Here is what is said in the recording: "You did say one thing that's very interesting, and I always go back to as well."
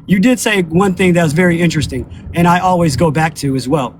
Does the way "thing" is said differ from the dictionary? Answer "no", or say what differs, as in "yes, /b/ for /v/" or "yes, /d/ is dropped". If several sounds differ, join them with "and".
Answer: no